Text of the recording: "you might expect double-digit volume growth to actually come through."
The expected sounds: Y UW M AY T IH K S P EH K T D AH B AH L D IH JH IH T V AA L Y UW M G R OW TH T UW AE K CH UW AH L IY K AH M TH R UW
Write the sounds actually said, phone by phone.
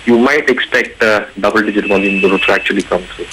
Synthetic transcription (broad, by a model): Y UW M AY T IH K S P EH K T D AH B AH L D IH JH IH T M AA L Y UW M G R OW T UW AE K CH UW AH L IY K AH M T R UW